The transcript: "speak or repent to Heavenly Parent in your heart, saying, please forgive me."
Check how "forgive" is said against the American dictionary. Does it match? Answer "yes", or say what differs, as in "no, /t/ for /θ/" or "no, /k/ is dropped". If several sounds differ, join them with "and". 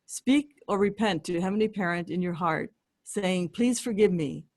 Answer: yes